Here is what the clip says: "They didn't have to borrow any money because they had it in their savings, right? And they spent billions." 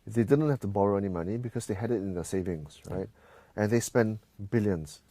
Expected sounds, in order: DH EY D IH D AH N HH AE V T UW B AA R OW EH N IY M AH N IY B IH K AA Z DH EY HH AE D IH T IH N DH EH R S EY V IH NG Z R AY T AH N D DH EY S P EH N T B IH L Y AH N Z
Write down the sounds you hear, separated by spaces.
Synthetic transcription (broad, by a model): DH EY D IH D AH N HH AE F T UW B AA R OW EH N IY M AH N IY B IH K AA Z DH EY HH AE D IH T IH N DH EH S EY V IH NG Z R AY T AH N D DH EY S P EH N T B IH L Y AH N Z